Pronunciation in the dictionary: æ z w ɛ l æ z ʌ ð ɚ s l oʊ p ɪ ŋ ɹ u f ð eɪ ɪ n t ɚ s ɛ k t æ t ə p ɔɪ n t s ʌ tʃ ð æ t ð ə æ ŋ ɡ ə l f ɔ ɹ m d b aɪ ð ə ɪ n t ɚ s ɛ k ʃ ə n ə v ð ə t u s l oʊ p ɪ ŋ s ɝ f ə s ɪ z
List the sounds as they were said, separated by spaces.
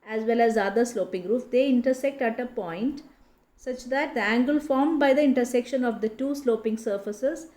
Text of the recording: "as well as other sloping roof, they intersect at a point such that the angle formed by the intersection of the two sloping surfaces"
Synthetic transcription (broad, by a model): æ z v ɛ l æ z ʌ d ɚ s l oʊ p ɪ ŋ ɹ u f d eɪ ɪ n t ɚ s ɛ k t æ t ə p ɔɪ n t s ʌ tʃ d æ t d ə æ ŋ ɡ ə l f ɔ ɹ m d b aɪ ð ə ɪ n t ɚ s ɛ k ʃ ə n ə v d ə t u s l oʊ p ɪ ŋ s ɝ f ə s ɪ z